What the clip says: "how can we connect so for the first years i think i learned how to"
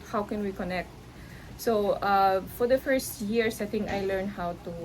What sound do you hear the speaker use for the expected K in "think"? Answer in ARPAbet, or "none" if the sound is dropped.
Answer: none